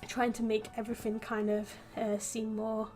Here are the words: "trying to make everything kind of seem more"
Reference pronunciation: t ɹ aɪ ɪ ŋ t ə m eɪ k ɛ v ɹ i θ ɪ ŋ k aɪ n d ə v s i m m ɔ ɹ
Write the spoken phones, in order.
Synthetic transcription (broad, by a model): t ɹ aɪ ɪ ŋ t ə m eɪ k ɛ v ɹ i θ ɪ ŋ k aɪ n d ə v s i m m ɔ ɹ